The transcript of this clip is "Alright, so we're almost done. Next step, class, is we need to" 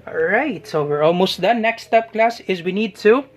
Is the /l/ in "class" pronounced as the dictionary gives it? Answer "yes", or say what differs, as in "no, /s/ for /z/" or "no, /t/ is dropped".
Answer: yes